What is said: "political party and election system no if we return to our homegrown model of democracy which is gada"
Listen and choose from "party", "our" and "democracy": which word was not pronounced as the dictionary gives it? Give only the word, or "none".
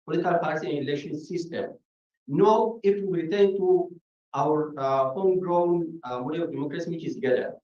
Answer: party